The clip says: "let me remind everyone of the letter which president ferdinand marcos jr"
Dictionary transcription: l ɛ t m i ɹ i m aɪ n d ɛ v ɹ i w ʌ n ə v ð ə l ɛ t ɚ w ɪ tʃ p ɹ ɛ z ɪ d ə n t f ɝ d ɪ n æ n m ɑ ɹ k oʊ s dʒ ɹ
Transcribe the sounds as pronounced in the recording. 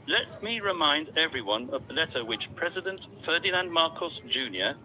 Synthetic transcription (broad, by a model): l ɛ t m i ɹ i m aɪ n d ɛ v ɹ i w ʌ n ə v ð ə l ɛ t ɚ w ɪ tʃ p ɹ ɛ z ɪ d ə n t f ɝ d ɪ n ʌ n m ɑ ɹ k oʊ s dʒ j